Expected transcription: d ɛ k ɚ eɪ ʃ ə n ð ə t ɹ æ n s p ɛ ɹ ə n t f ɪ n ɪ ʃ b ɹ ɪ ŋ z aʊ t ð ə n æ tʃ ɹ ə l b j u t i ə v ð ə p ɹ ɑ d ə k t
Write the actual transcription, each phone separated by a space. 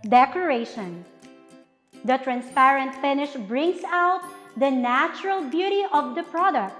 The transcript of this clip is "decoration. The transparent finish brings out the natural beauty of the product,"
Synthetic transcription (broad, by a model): d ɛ k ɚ eɪ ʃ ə n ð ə t ɹ æ n s p ɛ ɹ ə n t f ɪ n ɪ ʃ b ɹ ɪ ŋ s aʊ t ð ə n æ tʃ ɹ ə l b j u t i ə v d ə p ɹ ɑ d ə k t